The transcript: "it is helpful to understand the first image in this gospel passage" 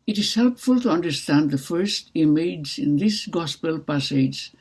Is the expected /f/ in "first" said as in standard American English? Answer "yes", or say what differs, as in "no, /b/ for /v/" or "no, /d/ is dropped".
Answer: yes